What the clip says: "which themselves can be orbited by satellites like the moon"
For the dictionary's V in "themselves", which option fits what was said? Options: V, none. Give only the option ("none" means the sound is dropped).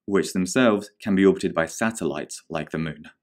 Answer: V